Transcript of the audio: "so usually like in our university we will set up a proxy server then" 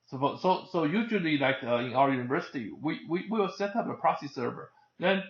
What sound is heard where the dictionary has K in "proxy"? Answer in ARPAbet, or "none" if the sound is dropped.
none